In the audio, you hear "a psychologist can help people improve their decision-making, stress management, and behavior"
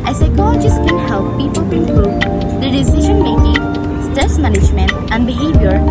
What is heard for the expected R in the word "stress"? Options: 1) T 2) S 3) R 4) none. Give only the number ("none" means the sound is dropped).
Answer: 4